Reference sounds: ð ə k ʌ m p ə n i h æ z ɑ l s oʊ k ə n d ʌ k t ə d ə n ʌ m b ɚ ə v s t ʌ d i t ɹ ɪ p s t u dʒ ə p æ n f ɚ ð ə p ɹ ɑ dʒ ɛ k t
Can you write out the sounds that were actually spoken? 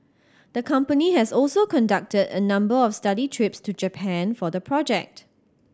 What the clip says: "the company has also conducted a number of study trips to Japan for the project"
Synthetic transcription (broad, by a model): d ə k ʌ m p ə n i h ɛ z ɑ l s oʊ k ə n d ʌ k t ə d ə n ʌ m b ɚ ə f s t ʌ d i t ɹ ɪ p s t u dʒ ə p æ n f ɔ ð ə p ɹ ɑ dʒ ɛ k t